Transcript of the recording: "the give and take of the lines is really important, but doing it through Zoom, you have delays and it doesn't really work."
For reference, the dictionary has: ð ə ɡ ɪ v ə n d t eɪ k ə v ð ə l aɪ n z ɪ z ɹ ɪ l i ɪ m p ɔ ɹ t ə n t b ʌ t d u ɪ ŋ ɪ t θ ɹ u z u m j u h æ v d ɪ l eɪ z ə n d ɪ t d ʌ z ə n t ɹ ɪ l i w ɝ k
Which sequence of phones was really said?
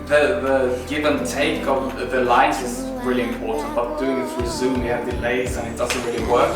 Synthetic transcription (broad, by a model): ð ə ɡ ɪ v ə n t eɪ k ə v ð ə l aɪ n s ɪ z ɹ ɪ l i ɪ m p ɔ ɹ t n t b ʌ t d u ɪ ŋ ɪ t s ɹ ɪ z u m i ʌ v d ɪ l eɪ z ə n ɪ t d ʌ z ə n t ɹ ɪ l i w ɝ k